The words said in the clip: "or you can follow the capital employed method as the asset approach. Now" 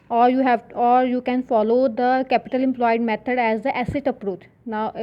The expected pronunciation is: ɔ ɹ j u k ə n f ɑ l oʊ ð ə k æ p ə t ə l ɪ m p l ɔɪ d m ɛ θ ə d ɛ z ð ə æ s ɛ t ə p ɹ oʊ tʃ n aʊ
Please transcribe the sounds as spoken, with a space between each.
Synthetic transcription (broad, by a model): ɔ ɹ j u k ə n f ɑ l oʊ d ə k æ p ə t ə l ɪ m p l ɔɪ d m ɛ t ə d ɛ z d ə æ s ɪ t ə p ɹ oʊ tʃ n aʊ